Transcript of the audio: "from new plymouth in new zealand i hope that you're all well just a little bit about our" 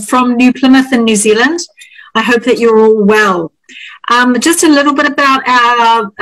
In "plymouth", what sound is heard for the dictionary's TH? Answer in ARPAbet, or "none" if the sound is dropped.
TH